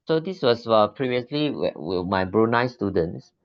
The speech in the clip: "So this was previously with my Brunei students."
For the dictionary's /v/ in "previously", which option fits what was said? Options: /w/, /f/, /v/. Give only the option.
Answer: /v/